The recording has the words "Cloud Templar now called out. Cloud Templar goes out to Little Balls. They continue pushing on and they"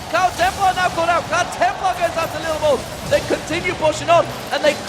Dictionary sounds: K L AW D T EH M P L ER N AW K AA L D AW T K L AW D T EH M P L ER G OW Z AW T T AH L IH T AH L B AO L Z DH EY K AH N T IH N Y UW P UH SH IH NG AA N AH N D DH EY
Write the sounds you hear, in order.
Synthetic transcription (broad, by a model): K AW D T EH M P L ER N AW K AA D AW T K AW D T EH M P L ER G OW Z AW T T AH L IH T L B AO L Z DH EY K AH N T IH N Y UW P UH SH IH NG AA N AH N DH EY